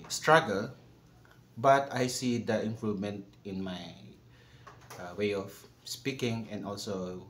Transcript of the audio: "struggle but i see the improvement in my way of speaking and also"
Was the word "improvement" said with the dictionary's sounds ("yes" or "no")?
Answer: no